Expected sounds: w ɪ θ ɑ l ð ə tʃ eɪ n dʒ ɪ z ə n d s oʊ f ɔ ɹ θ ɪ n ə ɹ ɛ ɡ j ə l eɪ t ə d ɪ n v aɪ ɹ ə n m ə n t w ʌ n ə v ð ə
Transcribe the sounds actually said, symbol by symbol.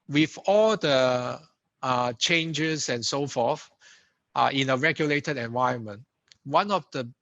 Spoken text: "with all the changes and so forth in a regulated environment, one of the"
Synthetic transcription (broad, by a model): w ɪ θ ɑ l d ə tʃ eɪ n dʒ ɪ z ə n s oʊ f ɔ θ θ ɪ n ə ɹ ɛ ɡ j ə l eɪ t ə d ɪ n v aɪ ə n m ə n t w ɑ n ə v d ə